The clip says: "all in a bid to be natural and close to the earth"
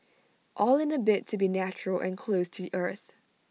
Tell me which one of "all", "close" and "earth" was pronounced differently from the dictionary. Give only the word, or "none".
none